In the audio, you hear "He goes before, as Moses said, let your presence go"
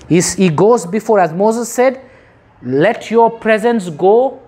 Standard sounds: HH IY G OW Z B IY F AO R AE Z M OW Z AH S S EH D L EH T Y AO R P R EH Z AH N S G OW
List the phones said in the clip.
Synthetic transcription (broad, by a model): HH IY G OW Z B IY F AO R AE Z M OW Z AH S S EH D L EH T Y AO P R EH Z AH N S G OW